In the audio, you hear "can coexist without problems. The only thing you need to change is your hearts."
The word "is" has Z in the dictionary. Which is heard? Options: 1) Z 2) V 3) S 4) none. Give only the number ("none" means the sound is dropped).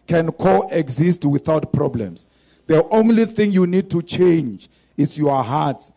3